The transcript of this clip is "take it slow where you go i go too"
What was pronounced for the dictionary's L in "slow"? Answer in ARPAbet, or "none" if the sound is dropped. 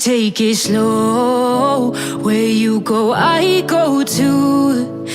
L